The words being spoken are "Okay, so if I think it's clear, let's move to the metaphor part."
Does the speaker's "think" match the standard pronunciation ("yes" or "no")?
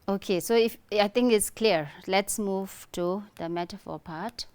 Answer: no